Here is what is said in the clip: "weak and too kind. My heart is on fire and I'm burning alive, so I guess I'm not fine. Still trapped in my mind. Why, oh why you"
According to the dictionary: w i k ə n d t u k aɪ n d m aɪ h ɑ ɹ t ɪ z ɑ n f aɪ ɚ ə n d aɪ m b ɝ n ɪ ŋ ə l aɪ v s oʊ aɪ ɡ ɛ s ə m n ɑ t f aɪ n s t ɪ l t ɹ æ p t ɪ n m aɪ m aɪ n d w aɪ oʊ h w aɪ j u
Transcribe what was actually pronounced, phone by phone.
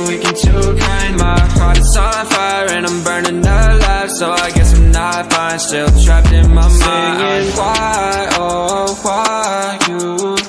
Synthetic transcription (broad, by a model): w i k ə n t u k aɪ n m aɪ h ɑ ɹ t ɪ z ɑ l f aɪ ɚ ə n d aɪ m b ɝ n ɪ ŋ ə l aɪ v s oʊ aɪ ɡ ɛ s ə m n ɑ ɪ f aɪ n s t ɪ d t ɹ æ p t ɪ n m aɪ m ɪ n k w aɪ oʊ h w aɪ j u